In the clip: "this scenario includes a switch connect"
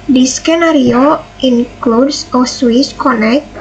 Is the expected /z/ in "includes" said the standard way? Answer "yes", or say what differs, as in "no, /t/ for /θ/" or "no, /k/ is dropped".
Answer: no, /s/ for /z/